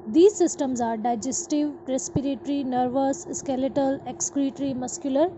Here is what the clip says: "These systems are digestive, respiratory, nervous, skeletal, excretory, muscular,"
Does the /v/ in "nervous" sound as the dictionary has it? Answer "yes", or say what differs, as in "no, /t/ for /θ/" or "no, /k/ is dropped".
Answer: yes